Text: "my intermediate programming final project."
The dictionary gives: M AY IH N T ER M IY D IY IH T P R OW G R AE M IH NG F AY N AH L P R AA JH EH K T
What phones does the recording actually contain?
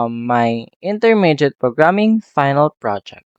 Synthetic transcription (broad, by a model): M AY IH N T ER M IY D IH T P R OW G R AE M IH NG F AY N AH L P R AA JH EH K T